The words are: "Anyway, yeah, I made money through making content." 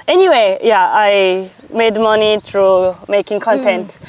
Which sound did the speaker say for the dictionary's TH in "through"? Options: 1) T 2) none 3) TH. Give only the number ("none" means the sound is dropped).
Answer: 1